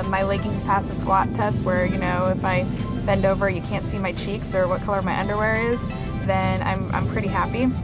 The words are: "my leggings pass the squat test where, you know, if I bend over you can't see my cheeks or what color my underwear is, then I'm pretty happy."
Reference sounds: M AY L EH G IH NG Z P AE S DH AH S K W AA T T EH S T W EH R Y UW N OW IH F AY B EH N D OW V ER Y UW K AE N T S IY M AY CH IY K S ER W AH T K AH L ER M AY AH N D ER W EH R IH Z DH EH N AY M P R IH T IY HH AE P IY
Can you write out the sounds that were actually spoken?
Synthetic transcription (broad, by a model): M AY L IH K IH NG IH P AE S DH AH S K W AA T T EH S T W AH R Y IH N OW IH F AY B EH N D OW V ER Y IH K AE N T S IY M AY CH IY K S ER W AH T K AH L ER M AY AH N D ER W EH R IH Z DH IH N AY M P R IH T IY HH AE P IY